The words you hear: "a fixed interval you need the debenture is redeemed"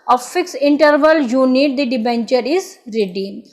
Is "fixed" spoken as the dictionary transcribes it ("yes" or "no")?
no